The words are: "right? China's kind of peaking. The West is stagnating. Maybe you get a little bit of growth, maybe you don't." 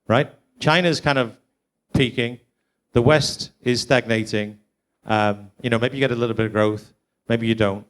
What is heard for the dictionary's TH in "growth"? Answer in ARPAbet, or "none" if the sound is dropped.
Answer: TH